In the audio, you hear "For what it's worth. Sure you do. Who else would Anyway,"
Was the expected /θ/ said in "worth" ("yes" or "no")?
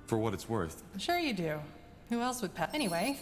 yes